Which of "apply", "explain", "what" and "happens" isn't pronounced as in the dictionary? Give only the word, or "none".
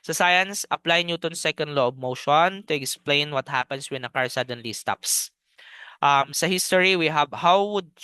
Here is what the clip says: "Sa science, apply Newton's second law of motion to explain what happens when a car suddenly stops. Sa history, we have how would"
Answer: happens